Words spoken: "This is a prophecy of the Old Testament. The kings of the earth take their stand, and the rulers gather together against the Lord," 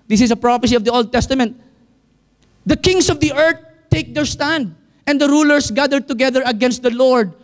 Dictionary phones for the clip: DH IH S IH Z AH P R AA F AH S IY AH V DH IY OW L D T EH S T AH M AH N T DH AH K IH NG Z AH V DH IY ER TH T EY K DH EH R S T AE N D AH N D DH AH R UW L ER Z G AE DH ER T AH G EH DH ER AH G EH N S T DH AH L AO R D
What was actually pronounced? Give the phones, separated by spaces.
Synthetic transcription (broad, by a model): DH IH S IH S AH P R AA F AH S IY AH V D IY OW L D T EH S T AH M AH N T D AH K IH NG S AH V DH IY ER T EY K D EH R S T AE N D AH N D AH R UW L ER S G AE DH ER T AH G EH DH ER AH G EH N S T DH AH L AO R D